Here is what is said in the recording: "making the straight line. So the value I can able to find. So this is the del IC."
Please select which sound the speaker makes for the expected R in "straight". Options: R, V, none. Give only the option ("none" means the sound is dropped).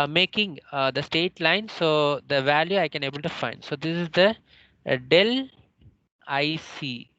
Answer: none